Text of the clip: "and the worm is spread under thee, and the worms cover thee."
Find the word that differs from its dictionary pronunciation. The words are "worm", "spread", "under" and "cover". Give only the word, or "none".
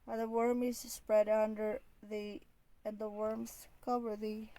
none